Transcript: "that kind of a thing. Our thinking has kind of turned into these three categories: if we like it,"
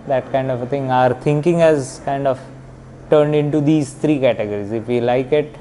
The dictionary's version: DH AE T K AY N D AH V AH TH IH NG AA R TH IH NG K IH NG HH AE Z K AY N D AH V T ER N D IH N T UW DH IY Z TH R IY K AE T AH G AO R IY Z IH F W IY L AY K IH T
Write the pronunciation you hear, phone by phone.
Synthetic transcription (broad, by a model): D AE T K AY N D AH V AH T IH NG AA R T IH NG K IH NG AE Z K AY N D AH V T ER N D IH N T UW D IY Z T R IY K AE T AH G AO R IY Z IH F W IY L AY K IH T